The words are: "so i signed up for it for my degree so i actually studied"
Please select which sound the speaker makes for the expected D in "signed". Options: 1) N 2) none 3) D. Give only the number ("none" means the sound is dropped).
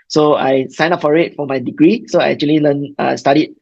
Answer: 2